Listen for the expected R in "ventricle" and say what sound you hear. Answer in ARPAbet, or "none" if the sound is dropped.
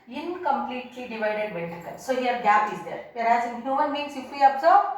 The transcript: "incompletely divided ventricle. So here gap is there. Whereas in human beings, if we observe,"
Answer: none